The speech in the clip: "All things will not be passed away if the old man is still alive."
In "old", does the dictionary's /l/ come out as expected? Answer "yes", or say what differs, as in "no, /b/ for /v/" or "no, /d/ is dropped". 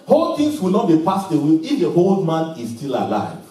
yes